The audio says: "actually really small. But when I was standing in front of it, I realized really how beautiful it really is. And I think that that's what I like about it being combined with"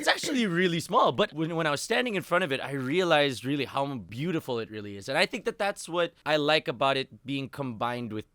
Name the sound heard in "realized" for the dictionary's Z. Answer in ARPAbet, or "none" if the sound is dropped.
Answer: Z